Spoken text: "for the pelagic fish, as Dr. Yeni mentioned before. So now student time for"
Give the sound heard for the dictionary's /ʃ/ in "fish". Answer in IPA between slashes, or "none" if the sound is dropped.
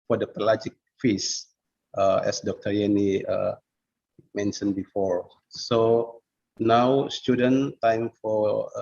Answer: /s/